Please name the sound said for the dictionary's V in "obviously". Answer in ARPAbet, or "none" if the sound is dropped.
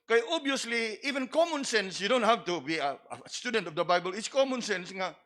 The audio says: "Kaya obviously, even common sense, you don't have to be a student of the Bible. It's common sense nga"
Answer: none